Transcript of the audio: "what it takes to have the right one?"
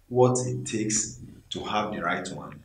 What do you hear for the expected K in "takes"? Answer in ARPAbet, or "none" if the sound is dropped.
K